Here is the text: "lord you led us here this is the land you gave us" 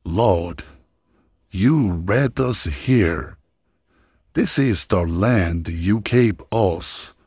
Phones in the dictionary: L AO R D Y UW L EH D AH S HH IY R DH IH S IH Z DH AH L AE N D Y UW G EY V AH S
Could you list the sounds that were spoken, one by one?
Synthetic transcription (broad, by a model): L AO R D Y UW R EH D AH S HH IY R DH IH S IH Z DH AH L AE N D Y UW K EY P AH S